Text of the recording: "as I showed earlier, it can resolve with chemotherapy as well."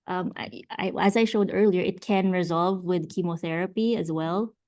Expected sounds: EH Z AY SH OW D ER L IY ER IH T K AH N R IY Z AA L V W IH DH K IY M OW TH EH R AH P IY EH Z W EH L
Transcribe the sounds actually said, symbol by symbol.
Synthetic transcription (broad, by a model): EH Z AY SH OW D ER L IY ER IH T K AH N R IY Z AA L V W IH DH K IY M OW TH EH R AH P IY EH Z W EH L